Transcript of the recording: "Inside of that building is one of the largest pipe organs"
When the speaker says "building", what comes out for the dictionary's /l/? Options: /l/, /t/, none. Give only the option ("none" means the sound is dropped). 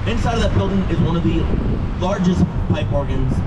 /l/